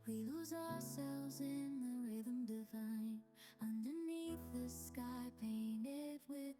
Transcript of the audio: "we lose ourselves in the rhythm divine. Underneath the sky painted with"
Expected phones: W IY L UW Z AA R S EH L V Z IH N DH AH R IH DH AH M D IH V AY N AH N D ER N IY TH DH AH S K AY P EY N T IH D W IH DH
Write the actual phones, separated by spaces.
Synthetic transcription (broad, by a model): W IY L UW Z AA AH S EH L V Z IH N DH AH R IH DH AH M D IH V AY N AH N D ER N IY TH DH AH S K AY P EY N T IH D W IH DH